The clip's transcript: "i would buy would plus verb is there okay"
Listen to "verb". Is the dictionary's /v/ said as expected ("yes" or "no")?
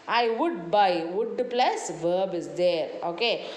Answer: yes